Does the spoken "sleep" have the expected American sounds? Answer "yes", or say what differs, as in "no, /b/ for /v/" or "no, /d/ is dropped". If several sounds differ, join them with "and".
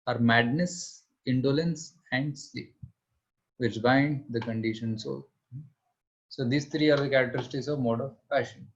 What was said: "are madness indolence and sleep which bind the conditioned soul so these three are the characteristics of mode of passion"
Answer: no, /l/ is dropped